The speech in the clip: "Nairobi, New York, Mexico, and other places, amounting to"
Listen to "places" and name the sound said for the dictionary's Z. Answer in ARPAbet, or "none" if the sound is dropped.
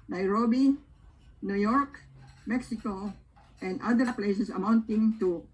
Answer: S